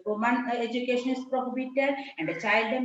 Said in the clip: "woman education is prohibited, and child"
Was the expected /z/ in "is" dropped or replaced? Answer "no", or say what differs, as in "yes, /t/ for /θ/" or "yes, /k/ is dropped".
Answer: yes, /s/ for /z/